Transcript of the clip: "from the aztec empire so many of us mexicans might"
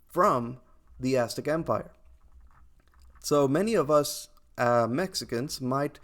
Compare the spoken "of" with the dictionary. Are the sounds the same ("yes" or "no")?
yes